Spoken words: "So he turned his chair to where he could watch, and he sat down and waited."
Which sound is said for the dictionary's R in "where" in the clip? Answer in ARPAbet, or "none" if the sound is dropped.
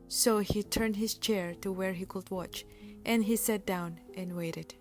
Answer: R